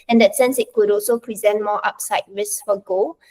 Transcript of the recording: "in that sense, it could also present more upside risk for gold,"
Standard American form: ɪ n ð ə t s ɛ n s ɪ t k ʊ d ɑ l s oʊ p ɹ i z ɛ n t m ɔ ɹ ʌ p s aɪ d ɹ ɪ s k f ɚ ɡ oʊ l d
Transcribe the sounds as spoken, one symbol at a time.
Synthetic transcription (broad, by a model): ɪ n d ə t s ɛ n s ɪ t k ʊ d ɑ l s oʊ p ɹ i z ɛ n t m ɔ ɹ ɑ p s aɪ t ɹ ɪ s k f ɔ ɡ oʊ